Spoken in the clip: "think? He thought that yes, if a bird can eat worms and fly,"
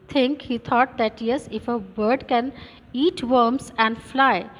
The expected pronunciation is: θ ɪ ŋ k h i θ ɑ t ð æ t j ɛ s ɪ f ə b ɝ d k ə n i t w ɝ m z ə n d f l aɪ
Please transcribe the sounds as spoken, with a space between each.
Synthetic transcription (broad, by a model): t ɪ ŋ k h i t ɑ t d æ t j ɛ s ɪ f ə b ɝ d k ə n i t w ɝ m s ə n d f l aɪ